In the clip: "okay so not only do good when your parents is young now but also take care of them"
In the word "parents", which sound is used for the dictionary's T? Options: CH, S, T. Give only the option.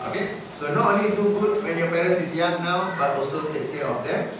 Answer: S